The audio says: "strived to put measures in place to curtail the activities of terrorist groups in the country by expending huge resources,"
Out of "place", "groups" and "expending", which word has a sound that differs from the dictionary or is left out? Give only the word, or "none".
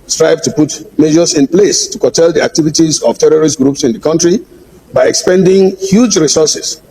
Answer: none